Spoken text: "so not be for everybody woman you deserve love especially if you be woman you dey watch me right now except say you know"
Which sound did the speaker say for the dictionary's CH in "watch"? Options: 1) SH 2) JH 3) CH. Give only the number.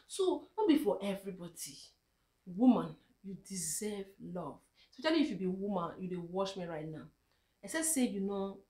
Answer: 1